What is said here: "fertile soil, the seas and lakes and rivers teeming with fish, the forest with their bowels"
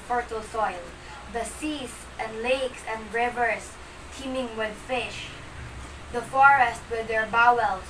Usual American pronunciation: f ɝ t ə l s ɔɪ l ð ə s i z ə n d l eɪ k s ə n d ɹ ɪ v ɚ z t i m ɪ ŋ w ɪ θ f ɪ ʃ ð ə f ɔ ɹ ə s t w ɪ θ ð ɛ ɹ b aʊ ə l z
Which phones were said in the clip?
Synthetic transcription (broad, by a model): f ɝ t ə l s ɔɪ l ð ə s i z ə n d l eɪ k s ə n d ɹ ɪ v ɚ s t i m ɪ ŋ w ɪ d f ɪ ʃ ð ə f ɔ ɹ ə s t w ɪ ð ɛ ɹ b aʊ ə l